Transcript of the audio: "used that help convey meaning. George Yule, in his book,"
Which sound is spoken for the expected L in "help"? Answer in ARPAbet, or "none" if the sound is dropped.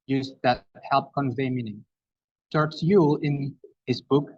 L